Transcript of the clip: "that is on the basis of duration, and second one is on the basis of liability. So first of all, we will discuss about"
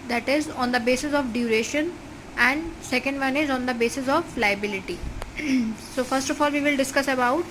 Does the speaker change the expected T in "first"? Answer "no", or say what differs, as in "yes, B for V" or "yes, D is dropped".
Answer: no